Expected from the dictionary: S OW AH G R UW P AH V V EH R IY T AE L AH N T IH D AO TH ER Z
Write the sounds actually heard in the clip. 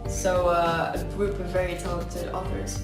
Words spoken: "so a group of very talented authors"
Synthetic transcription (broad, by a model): S OW AH G R UW P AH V V EH R IY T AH T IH AO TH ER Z